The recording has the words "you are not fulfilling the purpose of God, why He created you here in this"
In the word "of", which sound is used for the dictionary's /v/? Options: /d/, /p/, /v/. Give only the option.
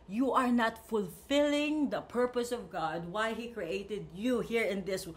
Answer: /v/